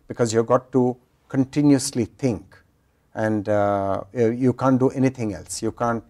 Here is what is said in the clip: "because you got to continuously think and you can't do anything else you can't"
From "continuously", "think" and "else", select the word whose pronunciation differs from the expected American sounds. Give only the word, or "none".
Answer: think